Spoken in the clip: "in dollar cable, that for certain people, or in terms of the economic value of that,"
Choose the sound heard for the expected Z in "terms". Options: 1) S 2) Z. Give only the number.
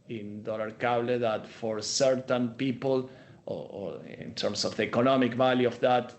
1